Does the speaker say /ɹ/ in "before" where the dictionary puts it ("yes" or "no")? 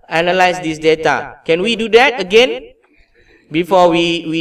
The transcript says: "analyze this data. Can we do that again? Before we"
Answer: no